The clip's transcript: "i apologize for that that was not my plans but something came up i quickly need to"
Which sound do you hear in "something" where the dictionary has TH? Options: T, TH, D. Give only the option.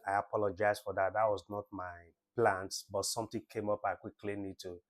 T